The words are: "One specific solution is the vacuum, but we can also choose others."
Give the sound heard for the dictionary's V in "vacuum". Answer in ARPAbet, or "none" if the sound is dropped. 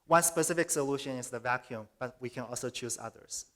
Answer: V